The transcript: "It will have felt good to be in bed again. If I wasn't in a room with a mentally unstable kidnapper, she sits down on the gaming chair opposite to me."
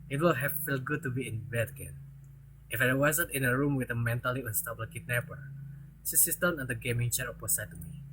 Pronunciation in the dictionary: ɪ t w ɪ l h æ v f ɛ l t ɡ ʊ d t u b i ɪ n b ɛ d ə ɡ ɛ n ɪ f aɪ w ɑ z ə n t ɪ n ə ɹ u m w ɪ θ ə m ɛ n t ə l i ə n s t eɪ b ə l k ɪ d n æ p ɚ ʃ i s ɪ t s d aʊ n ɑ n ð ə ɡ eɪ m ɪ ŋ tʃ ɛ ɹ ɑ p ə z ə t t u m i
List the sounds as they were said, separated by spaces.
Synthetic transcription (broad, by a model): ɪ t w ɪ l h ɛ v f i l ɡ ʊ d t u b i ɪ n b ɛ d ə ɡ ɛ n ɪ f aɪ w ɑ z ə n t ɪ n ə ɹ u m w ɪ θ ə m ɛ n t ə l i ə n s t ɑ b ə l k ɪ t n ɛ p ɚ s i s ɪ s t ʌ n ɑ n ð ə ɡ eɪ m ɪ ŋ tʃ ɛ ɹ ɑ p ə s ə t t u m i